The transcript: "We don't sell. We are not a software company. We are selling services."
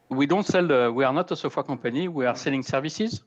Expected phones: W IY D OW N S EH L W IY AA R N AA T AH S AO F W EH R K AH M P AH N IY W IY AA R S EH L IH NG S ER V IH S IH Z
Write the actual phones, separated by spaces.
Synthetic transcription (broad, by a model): W IY D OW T S EH L W IY AA R N AA T AH S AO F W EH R K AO P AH N IY W IY AA R S EH L IH NG S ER V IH S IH Z